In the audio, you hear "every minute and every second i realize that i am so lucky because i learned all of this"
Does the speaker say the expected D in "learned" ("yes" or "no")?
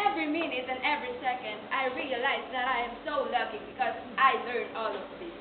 no